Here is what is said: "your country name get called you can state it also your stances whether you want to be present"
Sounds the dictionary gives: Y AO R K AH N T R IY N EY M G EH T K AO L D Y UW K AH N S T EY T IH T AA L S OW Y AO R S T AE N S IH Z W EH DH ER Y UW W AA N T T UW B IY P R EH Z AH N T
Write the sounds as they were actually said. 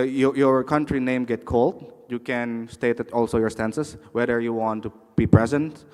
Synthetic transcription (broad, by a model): Y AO R K AH N T R IY N EY M G EH T K AO L D Y UW K AH N S T EY T IH T AA L S OW Y AO R S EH N S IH S W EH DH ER Y UW W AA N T T UW B IY P R EH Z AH N T